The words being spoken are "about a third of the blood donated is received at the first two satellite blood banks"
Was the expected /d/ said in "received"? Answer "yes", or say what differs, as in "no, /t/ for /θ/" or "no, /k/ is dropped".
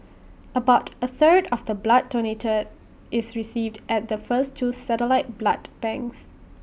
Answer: yes